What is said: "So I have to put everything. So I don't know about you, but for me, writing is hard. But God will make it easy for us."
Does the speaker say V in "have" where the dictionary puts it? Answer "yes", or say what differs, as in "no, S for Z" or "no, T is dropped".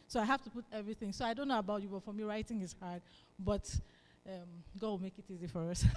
no, F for V